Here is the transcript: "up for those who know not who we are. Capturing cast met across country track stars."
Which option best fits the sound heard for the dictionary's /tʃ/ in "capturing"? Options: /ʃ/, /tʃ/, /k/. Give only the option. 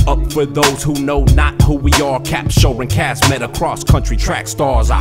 /ʃ/